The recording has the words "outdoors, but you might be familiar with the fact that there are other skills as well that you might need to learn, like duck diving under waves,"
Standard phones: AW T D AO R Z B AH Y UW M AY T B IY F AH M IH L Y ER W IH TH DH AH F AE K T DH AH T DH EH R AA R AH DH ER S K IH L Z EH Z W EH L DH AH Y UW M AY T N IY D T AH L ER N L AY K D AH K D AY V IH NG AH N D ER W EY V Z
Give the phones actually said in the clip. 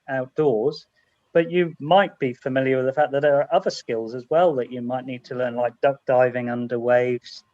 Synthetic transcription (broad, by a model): AW T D AO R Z B AH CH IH M AY T B IY F AH M IH L Y ER W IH DH AH F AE K DH AH T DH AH R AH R AH DH ER S K IH L Z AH Z W EH L DH AH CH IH M AY T N IY D T AH L ER N L AY K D AH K D AY V IH NG AH N D ER W EY V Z